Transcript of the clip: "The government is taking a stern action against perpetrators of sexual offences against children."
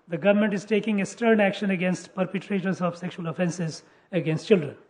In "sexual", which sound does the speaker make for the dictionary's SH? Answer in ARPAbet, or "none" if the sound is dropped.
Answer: SH